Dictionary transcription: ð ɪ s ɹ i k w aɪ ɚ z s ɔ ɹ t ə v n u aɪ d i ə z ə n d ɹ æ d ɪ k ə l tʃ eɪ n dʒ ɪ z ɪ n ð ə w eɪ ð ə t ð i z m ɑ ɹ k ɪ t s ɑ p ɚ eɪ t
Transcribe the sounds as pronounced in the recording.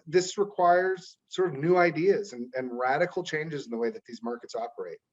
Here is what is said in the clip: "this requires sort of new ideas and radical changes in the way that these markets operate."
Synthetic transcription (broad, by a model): ð ɪ s ɹ i k w aɪ ɚ z s ɔ ɹ t ə v n u aɪ d i ə z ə n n ɹ æ d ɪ k l tʃ eɪ n dʒ ɪ z n ð ə w eɪ ð ə t ð i z m ɑ ɹ k ɪ t s ɑ p ɚ eɪ t